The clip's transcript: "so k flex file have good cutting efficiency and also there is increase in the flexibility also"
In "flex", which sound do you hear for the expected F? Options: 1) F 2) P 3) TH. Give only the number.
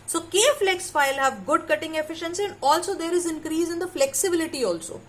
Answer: 1